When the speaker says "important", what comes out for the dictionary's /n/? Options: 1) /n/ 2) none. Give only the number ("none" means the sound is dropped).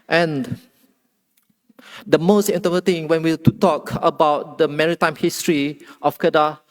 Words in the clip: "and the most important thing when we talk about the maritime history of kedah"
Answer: 2